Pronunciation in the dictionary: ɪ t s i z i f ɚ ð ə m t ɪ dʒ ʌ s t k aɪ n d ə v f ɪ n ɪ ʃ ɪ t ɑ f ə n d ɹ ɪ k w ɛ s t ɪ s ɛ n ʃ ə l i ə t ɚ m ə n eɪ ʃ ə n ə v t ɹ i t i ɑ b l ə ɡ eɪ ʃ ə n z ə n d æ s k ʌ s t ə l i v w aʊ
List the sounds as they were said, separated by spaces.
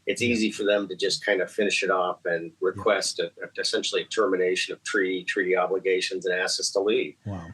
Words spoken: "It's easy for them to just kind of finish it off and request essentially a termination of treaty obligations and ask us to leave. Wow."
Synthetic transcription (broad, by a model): ɪ t s i z i f ɚ ð ə m t ɪ dʒ ʌ s k aɪ n d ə f ɪ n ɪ ʃ ɪ t ɑ f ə n ɹ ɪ k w ɛ s t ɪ s ɛ n ʃ l i ə t ɚ m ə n eɪ ʃ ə n ə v t ɹ i t i ɑ b l ə ɡ eɪ ʃ ə n z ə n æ s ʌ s t ə l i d